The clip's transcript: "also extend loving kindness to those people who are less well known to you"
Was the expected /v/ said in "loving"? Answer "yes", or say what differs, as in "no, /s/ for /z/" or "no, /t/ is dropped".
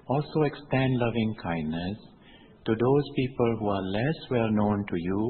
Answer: yes